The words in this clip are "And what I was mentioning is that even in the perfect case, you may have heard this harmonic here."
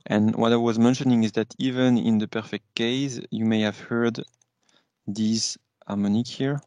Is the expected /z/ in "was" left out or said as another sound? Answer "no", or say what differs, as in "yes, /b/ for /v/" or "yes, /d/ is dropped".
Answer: no